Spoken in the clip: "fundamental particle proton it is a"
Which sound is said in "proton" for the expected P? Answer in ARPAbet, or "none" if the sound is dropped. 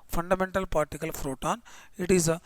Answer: F